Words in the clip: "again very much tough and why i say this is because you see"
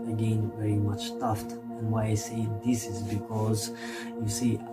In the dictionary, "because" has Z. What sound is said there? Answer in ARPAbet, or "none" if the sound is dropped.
Z